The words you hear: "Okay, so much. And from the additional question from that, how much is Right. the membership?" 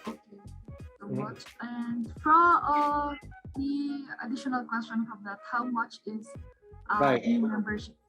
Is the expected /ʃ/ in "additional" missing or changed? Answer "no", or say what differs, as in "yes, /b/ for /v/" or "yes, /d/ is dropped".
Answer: no